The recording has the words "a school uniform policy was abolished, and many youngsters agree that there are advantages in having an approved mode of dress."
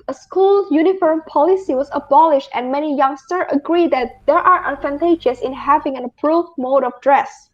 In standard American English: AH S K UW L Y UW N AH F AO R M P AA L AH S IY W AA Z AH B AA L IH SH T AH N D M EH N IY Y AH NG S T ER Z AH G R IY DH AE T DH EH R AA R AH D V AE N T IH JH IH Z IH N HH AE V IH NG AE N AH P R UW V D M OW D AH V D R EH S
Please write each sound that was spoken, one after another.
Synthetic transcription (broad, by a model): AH S K UW L Y UW N AH F AO R M P AA L AH S IY W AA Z AH B AA L IH SH T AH N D M EH N IY Y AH NG S T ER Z AH G R IY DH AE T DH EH R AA R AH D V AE N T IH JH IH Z IH N HH AE V IH NG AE N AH P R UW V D M OW D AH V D R EH S